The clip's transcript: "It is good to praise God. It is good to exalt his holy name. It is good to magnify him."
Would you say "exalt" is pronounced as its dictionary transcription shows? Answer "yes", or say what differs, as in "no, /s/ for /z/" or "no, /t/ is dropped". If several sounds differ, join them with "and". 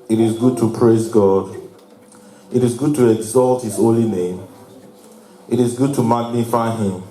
yes